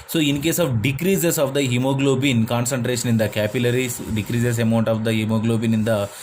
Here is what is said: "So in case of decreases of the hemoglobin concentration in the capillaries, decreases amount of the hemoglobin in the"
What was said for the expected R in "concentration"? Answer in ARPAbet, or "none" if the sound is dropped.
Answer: R